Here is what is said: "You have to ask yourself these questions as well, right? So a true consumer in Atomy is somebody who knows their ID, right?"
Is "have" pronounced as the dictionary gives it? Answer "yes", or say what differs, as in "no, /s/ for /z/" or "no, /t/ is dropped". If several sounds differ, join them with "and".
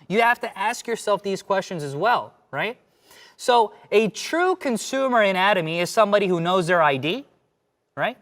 no, /f/ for /v/